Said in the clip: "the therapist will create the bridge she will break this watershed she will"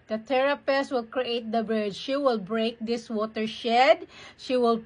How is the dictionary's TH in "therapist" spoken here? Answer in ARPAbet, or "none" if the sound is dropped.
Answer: T